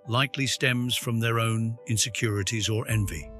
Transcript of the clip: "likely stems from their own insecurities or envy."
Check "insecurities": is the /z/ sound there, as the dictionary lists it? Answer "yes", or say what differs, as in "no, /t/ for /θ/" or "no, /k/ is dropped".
yes